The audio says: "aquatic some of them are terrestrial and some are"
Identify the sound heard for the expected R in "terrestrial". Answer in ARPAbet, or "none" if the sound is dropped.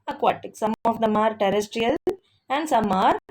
R